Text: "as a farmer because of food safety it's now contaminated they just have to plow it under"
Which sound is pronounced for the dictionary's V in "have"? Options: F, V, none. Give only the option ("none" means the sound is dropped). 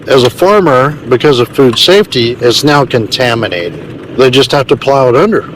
F